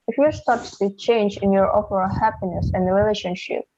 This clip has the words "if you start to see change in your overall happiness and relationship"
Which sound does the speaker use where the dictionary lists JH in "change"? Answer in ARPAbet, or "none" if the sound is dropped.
JH